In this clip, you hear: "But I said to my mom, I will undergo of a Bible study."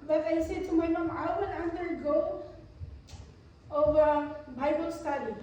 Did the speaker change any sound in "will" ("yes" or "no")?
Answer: yes